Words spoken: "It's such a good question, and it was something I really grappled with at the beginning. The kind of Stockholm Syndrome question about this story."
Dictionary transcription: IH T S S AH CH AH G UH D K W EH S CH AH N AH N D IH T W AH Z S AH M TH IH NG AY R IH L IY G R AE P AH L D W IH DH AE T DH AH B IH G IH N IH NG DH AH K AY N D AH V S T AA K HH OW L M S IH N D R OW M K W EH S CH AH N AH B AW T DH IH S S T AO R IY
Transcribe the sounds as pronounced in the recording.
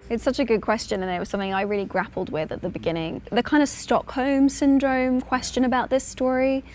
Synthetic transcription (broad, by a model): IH T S S AH CH AH G UH D K W EH S CH AH N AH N IH T W AH Z S AH M TH IH NG AY R IH L IY G R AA P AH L D W IH DH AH T DH AH B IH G IH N IH NG DH AH K AY N D AH V S T AA K HH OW M S IH N D R OW M K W EH S CH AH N AH B AW T DH IH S S T AO R IY